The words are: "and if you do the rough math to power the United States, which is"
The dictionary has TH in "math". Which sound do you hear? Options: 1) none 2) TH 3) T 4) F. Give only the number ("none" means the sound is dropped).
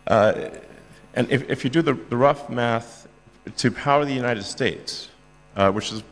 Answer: 2